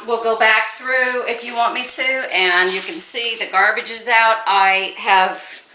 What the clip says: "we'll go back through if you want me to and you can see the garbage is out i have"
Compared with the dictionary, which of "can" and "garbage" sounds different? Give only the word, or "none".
none